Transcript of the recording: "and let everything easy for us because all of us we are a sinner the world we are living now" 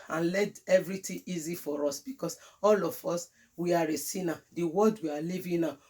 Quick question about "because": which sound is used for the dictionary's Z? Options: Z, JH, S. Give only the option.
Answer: S